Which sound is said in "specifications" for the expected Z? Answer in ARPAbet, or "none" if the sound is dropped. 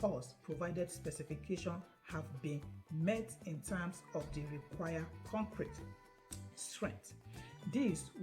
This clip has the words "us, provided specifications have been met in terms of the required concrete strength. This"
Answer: none